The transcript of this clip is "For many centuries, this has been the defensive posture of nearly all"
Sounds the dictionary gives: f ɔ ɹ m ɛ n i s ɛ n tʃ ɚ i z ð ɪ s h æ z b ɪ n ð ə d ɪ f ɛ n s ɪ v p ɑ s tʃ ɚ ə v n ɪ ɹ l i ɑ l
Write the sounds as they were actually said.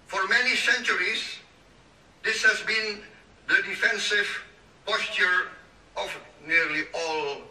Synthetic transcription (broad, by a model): f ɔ ɹ m ɛ n i s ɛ n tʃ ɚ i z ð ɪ s h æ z b ɪ n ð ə d ɪ f ɛ n s ɪ v p ɑ s tʃ ɚ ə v n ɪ ɹ l i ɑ l